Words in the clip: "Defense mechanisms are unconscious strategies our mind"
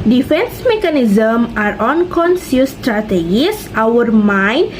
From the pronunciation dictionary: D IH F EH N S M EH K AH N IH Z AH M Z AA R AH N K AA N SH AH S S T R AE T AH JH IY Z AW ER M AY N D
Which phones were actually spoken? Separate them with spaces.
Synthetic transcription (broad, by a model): D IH F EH N S M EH K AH N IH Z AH M AA R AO N K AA N S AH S S T R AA T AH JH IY S AW ER M AY N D